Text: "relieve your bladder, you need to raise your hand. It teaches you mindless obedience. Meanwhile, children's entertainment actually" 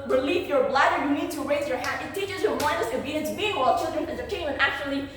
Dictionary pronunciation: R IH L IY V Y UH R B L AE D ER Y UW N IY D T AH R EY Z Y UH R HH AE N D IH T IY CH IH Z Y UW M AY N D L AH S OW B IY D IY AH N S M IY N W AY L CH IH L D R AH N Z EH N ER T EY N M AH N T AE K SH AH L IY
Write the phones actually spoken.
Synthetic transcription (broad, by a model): R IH L IY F Y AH R B L AE D ER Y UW N IY D T AH R EY Z Y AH R HH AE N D IH T IY CH IH Z Y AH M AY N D AH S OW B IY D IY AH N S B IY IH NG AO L CH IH L D R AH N EH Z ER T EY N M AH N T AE K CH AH L IY